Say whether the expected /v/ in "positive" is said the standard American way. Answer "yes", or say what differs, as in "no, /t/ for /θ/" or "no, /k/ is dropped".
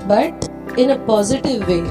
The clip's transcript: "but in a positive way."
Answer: yes